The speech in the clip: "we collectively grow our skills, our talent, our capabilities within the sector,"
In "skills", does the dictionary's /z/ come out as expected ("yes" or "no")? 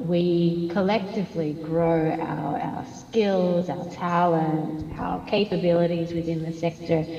yes